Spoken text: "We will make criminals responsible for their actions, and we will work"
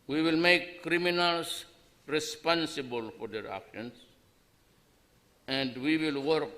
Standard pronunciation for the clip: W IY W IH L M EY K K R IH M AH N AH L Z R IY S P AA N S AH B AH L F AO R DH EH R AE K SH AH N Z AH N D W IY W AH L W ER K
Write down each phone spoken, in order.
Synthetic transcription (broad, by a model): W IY W IH L M EY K K R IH M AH N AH L S R IY S P AA N S AH B AH L F AO R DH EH R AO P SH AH N S AH N D W IY W AH L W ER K